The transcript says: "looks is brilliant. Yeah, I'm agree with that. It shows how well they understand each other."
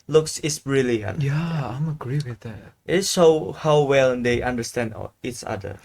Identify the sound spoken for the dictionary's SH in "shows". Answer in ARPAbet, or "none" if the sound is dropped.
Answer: S